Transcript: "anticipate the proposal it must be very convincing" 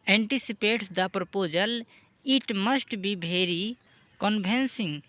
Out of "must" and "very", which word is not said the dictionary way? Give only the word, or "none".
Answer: very